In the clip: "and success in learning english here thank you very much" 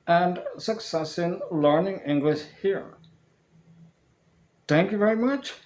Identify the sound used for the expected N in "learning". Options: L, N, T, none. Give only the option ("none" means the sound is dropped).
N